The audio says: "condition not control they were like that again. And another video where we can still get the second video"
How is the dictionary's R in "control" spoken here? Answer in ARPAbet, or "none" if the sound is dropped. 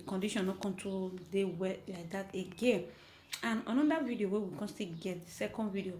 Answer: none